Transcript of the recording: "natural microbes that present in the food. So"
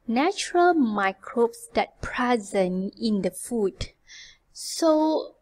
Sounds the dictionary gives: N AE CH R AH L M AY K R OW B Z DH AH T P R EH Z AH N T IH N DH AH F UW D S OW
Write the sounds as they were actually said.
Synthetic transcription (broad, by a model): N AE CH R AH L M AY K R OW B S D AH T P R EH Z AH N IH N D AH F UW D S OW